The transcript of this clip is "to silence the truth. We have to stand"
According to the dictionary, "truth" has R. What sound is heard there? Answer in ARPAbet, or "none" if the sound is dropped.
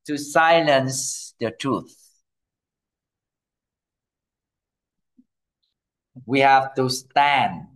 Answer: R